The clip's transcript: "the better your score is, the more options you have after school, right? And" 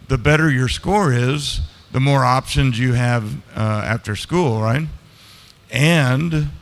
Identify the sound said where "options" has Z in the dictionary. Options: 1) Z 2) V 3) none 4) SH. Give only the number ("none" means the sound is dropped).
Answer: 1